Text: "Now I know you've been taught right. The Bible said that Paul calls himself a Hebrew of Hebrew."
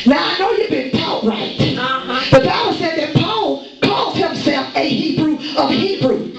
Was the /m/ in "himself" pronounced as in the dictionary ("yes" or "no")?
yes